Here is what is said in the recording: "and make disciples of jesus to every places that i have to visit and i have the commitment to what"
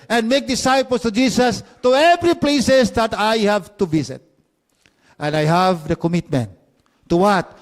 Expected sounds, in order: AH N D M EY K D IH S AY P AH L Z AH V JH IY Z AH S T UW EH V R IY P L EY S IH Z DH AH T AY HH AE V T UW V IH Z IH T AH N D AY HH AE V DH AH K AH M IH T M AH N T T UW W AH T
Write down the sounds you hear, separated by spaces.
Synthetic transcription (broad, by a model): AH N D M EY K D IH S AY P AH L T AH JH IY S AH S T UW EH V R IY P L EY S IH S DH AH T AY HH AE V T UW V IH S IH T AH N D AY HH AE V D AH K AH M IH T M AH N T T UW W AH T